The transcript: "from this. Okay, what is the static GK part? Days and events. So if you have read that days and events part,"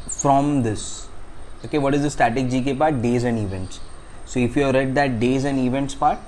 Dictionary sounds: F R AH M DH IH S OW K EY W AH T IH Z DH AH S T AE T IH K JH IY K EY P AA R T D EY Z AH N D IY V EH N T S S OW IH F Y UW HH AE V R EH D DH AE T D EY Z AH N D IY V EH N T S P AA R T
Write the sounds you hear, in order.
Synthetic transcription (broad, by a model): F R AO M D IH S OW K EY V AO T IH Z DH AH S T AE T IH K JH IY K EY P AA R T D EY Z AH N D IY V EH N T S S OW IH F Y UW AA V R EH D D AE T D EY Z AH N D IY V EH N T S P AA R T